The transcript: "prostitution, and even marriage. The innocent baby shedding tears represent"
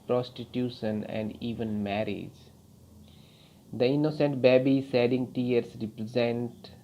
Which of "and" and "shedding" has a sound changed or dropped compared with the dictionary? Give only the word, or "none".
shedding